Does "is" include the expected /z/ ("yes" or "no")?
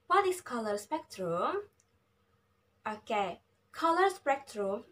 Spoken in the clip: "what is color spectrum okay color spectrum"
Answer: no